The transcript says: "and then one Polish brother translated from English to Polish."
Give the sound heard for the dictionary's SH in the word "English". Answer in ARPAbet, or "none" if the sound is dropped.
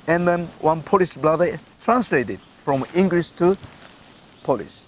S